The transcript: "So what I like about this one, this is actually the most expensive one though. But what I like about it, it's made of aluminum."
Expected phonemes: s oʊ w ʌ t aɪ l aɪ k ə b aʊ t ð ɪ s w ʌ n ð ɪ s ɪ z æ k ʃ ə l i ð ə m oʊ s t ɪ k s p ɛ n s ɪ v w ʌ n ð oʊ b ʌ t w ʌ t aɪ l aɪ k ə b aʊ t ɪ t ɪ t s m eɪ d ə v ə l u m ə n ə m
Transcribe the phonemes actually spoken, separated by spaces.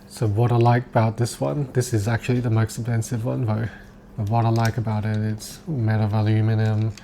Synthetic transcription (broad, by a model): s oʊ w ʌ t aɪ l aɪ k ə b aʊ t ð ɪ s w ʌ n ð ɪ s ɪ z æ k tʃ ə l i ð ə m oʊ s t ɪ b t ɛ n s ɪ v w ʌ n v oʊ b ʌ t w ʌ t aɪ l aɪ k ə b aʊ t ɪ t ɪ t s m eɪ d ə v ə l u m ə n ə m